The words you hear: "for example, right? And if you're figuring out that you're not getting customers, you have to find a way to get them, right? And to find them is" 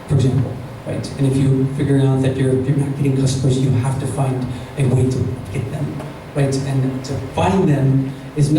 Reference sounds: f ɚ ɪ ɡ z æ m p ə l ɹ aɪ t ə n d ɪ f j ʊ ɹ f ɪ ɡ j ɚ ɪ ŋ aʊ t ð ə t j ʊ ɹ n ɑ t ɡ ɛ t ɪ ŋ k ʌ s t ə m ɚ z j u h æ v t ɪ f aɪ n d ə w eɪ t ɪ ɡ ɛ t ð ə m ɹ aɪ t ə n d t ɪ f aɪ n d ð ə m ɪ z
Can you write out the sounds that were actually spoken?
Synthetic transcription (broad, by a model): f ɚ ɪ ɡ z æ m p l ɹ aɪ t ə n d ɪ f j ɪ f ɪ ɡ j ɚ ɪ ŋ aʊ t ð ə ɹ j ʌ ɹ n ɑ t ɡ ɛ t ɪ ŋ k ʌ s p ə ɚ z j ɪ h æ f t ɪ f aɪ n d ə w eɪ t ɪ ɡ ɛ t ð ə m ɹ aɪ t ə n t ɪ f aɪ n ð ə m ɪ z